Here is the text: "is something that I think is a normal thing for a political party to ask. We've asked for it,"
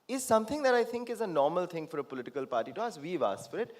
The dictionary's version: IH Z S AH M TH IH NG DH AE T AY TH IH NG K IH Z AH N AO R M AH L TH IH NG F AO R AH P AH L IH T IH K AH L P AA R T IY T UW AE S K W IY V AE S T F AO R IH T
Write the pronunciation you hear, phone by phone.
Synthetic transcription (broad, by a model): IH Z S AH M T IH NG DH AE T AY T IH NG K IH Z AH N AO R M AH L T IH NG F AO R AH P AH L IH T IH K AH L P AA R T IY T UW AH S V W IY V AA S F AO R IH T